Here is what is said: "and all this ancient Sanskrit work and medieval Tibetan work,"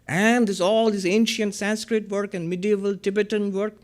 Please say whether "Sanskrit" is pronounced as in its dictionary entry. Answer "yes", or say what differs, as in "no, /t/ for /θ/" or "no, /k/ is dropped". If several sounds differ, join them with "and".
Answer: yes